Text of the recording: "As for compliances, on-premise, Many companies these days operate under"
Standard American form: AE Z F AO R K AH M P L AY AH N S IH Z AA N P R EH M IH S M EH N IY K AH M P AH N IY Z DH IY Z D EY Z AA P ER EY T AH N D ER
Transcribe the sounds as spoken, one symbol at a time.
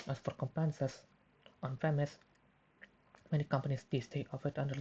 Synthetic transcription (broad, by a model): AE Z F AO R K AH M P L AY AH N S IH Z AA N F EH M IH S M EH N IY K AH M P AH N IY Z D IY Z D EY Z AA F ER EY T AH N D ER